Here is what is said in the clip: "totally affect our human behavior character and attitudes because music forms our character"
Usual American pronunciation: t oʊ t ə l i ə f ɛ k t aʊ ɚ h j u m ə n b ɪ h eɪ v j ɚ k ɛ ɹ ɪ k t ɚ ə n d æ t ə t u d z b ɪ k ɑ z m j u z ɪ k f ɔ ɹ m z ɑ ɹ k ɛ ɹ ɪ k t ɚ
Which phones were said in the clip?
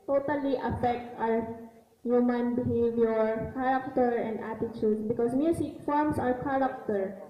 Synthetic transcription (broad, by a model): t oʊ t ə l i ə f ɛ k t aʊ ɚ h j u m ə n b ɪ h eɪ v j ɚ k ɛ ɹ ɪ k t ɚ ə n d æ t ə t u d s b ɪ k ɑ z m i s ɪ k f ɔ ɹ m s ɑ ɹ k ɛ ɹ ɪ k t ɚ